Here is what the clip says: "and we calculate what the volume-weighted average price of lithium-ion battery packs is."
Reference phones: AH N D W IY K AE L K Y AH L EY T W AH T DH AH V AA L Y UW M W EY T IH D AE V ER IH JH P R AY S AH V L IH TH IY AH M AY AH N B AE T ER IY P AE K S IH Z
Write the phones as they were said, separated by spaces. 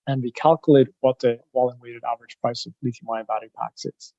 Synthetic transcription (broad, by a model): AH N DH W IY K AE L K Y AH L EY T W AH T DH AH W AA L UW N W EY T IH D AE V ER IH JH P R AY S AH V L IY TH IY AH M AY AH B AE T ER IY P AE K S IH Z